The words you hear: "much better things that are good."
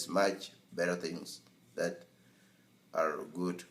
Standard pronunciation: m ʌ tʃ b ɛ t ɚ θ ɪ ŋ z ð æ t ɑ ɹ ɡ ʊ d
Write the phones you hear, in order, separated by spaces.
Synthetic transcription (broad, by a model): m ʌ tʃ b ɛ t ɚ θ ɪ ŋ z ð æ t ɑ ɹ ɡ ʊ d